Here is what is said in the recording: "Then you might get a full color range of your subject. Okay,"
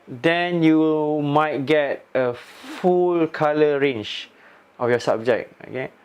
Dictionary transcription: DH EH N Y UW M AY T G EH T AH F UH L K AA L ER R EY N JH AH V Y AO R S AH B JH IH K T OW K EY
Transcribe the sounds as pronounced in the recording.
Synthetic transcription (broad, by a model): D EH N Y UW M AY T G EH T AH F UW L K AA L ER R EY N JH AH F Y AO S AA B JH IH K OW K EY